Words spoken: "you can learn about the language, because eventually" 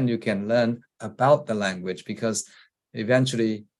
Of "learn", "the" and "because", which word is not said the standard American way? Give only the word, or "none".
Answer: none